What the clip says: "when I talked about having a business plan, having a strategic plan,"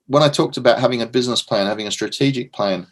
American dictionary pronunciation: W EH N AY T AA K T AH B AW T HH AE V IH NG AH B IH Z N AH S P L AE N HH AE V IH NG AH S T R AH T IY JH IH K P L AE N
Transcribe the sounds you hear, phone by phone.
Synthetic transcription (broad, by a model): W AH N AY T AA K T AH B AW T HH AE V IH NG AH B IH Z N AH S P L AE N HH AE V IH NG AH S T R AH T IY JH IH K P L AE N